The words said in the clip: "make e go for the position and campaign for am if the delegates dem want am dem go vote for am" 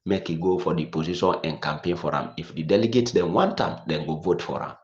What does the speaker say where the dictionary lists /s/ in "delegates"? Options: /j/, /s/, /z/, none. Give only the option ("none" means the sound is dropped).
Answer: none